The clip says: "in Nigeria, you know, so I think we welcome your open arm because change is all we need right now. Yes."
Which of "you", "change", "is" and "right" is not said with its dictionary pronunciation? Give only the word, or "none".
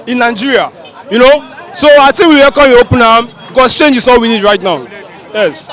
is